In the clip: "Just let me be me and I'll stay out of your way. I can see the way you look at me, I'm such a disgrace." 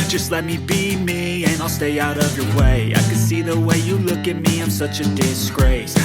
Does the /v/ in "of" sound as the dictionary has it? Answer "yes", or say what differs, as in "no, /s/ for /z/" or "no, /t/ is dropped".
yes